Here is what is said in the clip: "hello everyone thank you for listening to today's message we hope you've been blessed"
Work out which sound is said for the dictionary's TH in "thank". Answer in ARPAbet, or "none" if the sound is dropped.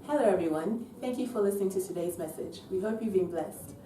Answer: TH